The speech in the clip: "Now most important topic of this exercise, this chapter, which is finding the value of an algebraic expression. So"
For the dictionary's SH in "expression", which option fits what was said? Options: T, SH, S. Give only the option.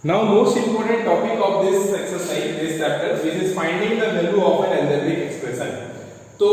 S